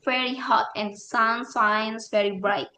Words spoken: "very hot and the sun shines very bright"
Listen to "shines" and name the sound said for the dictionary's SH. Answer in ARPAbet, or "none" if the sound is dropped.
S